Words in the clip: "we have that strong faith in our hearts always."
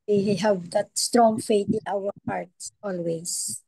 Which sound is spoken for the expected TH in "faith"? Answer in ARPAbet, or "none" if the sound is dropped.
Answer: T